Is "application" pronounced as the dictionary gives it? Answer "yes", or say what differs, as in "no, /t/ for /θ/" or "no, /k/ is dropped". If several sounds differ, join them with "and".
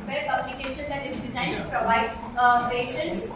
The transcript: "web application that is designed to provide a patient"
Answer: no, /b/ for /p/